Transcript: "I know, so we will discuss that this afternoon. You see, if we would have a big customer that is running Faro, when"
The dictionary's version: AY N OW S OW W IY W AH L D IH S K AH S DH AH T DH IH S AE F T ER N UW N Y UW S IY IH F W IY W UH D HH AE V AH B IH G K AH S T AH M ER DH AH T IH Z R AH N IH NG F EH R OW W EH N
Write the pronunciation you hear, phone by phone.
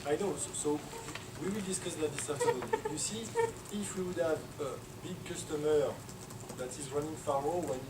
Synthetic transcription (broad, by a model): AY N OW S OW W IY W AH L D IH S K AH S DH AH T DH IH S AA T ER AH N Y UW S IY IH F W IY W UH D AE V AH B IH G K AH S T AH M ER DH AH T IH Z R AH N IH NG F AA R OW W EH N